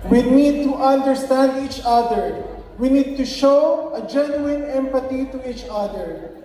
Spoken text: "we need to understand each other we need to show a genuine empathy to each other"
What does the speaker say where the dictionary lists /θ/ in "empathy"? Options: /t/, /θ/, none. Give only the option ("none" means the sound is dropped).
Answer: /t/